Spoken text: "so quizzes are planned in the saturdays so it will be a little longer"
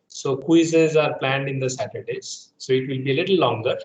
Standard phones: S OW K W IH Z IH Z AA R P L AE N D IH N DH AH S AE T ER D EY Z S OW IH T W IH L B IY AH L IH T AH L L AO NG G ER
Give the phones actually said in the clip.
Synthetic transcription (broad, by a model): S OW K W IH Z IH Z AA R P L AE N D IH N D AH S AE T ER D EY Z S OW IH T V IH L B IY AH L IH T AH L L AO NG G ER